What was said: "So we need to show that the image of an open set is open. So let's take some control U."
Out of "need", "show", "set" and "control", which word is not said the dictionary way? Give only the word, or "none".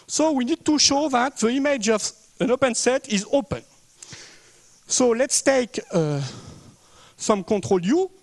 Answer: control